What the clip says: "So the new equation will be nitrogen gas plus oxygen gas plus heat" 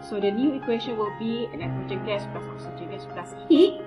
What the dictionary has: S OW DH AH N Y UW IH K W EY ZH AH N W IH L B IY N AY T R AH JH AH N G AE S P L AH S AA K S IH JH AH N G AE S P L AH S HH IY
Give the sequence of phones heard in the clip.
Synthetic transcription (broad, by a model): S OW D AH N Y UW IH K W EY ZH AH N W IH L B IY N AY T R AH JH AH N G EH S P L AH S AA S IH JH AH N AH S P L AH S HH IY